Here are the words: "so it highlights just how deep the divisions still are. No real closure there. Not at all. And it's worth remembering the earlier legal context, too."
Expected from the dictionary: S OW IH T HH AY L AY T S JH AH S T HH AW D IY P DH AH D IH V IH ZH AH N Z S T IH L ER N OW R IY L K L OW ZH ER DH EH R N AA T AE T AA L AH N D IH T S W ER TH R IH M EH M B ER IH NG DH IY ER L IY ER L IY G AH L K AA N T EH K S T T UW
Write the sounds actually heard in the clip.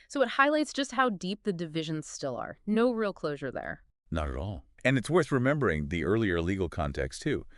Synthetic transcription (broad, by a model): S OW IH T HH AY L AY T S JH AH S T HH AW D IY P DH AH D IH V IH ZH AH N Z S T IH L ER N OW R IY L K L OW ZH ER DH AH R N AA T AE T AA L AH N IH T S W ER TH R IH M EH M B ER IH NG DH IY ER L IY ER L IY G L K AA N T EH K S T T UW